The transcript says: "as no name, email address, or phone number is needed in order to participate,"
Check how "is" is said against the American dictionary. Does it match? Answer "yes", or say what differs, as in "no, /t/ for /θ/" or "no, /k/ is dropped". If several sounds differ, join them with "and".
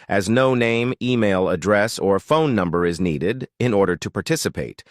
yes